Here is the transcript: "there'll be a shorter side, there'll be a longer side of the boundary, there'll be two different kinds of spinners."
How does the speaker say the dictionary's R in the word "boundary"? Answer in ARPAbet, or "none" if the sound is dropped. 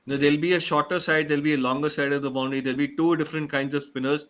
none